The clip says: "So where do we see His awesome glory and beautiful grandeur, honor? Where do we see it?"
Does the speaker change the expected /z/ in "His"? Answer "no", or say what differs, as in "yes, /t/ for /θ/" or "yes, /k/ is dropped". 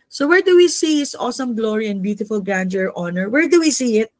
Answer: yes, /s/ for /z/